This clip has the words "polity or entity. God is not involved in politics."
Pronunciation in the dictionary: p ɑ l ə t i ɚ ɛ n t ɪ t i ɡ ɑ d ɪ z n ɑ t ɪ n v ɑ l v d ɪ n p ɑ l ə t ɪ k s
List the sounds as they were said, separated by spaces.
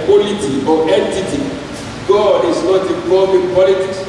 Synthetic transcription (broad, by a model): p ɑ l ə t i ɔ ɛ n t ɪ t i ɡ ɑ d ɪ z n ɑ t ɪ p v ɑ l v ɪ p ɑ l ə t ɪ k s